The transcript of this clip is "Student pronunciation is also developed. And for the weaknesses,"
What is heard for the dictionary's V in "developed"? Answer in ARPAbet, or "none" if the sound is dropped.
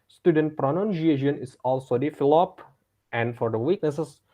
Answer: F